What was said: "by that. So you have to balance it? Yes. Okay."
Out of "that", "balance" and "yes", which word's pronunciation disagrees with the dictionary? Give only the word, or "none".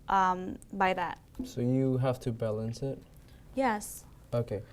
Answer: none